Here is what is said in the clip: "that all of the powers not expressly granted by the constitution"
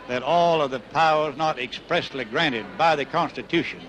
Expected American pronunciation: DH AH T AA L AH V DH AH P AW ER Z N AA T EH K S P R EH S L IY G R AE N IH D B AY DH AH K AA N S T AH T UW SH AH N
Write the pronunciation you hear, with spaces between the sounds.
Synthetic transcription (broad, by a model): DH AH T AA L AH V DH AH P AW ER Z N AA T EH K S P R EH S L IY G R AE N IH D B AY DH AH K AA N S T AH T UW SH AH N